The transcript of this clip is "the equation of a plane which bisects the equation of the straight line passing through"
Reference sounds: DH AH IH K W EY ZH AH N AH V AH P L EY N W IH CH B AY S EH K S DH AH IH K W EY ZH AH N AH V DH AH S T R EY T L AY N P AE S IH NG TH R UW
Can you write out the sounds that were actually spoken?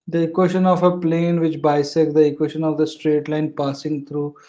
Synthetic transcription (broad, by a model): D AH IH K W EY SH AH N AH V AH P L EY N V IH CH B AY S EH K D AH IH K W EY SH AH N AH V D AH S T R EY T L AY N P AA S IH NG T R UW